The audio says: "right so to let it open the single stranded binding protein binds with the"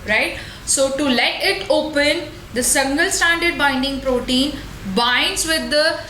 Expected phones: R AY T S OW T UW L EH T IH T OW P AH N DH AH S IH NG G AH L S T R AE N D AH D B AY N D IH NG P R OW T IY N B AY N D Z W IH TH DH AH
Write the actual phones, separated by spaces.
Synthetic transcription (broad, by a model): R AY T S OW T UW L EH T IH T OW P AH N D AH S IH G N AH L S T AE N D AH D B AY N D IH NG P R OW T IY N B AY N D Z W IH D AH